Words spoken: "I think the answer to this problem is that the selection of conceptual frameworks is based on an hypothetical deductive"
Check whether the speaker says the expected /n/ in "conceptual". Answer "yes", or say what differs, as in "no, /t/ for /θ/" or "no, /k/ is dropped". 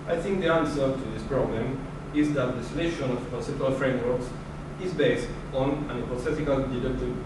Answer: no, /n/ is dropped